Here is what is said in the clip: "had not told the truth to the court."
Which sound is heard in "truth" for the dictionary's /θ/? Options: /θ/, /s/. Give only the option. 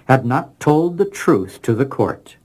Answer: /θ/